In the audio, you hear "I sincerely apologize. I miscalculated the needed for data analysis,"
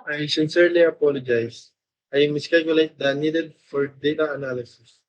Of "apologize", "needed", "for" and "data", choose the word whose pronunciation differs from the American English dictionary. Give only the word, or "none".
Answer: apologize